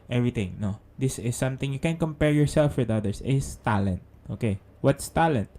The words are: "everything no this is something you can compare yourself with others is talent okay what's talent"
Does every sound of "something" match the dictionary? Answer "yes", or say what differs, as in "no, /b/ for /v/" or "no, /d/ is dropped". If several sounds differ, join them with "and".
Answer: no, /t/ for /θ/